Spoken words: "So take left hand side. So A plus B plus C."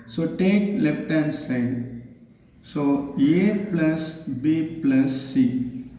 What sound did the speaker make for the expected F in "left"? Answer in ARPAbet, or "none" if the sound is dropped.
P